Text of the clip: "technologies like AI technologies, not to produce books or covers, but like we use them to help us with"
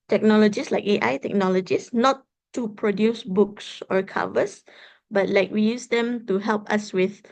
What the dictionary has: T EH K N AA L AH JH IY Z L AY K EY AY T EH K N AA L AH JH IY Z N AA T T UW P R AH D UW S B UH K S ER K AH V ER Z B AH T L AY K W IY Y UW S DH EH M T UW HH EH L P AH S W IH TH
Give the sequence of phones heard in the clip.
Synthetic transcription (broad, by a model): T EH K N AA L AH JH IY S L AY K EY AY T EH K N AA L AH JH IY S N AA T T UW P R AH D UW S B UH K S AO K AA V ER S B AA T L AY K W IY Y UW S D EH M T UW HH EH L P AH S W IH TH